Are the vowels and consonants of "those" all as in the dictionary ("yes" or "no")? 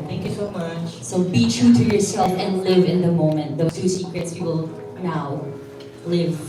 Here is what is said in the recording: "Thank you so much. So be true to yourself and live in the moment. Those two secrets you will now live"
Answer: no